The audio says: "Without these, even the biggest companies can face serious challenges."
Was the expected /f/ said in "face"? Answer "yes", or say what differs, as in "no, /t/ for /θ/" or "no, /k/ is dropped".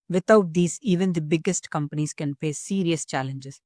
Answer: no, /p/ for /f/